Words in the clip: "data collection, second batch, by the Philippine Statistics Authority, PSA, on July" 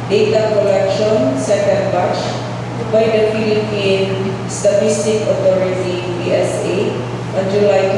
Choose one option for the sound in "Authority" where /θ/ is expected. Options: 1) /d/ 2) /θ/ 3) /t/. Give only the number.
3